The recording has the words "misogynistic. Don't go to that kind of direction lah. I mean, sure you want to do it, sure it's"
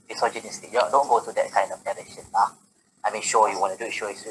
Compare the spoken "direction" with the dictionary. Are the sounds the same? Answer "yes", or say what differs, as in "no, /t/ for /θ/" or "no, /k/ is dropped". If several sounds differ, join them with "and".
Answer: no, /k/ is dropped